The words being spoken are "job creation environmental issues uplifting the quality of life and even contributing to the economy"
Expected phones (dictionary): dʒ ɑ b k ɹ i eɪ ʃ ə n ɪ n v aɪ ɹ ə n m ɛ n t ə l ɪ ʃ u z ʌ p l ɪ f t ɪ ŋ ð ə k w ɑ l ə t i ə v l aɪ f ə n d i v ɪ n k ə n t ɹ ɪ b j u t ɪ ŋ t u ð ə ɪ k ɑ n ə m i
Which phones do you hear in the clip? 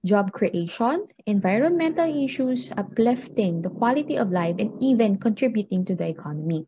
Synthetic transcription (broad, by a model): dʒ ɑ b k ɹ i eɪ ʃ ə n ɪ n v aɪ ɹ ə n m ɛ n t ə l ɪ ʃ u s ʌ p l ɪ f t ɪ ŋ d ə k w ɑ l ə t i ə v l aɪ f ə n d i v ɪ n k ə n t ɹ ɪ b j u t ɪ ŋ t u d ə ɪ k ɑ n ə m i